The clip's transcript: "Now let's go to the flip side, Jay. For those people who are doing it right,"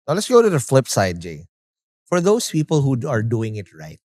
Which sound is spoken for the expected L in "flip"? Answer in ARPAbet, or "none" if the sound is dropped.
L